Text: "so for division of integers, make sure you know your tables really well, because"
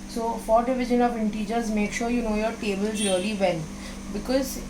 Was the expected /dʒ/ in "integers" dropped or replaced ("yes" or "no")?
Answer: no